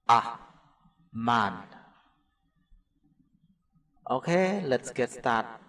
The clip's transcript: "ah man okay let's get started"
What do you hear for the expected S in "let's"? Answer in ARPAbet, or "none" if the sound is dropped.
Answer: S